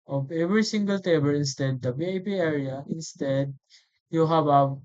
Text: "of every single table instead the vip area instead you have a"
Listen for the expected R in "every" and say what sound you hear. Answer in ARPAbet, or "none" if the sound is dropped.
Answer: R